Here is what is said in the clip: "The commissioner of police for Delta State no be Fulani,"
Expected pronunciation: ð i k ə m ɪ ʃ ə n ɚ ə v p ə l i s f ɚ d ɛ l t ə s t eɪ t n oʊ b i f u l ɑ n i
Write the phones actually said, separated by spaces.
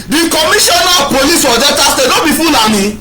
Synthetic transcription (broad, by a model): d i k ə m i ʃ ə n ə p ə l i s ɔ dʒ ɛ t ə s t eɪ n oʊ b i f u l ɑ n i